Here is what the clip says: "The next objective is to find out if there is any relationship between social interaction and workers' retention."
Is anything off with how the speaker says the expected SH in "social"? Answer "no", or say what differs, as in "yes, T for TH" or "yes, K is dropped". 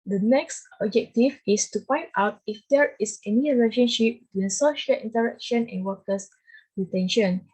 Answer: no